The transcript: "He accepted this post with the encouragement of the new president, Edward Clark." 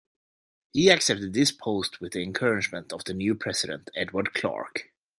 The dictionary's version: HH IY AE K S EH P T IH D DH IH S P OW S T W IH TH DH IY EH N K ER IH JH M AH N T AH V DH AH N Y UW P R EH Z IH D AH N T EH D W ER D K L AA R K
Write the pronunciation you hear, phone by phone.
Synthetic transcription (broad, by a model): HH IY AE K S EH P T IH D DH IH S P OW S T W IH DH IY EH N K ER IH JH M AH N T AH V DH AH N Y UW P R EH S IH D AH N T EH D W ER D K L AA R K